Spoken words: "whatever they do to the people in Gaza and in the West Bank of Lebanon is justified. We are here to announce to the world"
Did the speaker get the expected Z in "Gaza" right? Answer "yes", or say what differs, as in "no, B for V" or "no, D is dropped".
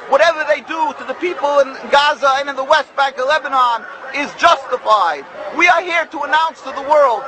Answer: yes